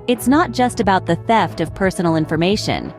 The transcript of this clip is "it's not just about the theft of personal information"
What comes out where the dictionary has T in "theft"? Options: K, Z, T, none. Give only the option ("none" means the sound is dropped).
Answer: T